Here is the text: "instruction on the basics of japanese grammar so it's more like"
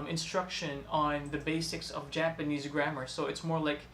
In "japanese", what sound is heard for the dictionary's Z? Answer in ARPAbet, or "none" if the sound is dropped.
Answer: Z